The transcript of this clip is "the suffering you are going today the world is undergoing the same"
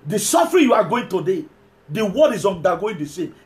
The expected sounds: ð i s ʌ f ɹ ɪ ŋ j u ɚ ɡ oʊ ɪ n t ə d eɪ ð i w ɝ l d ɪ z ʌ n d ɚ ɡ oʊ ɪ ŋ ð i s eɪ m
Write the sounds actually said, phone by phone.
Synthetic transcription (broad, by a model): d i s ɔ f ɹ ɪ j u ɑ ɡ oʊ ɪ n t ə d eɪ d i w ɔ d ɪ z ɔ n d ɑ ɡ oʊ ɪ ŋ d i s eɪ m